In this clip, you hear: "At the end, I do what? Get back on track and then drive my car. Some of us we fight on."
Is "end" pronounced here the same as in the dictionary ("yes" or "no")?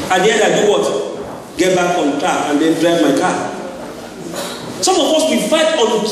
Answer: no